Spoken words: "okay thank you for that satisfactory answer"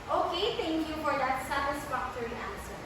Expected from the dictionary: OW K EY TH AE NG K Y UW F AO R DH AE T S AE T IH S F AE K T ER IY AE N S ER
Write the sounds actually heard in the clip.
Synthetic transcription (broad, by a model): OW K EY T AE NG K Y UW F AO R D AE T S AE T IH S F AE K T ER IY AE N S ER